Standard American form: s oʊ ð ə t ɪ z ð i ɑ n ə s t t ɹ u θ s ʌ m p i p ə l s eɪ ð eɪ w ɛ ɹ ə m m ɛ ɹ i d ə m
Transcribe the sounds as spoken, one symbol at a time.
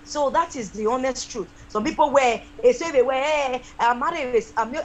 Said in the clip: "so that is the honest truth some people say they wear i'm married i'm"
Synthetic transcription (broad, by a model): s oʊ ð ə t ɪ z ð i ɑ n ə s t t ɹ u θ s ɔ m p i p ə w s eɪ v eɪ w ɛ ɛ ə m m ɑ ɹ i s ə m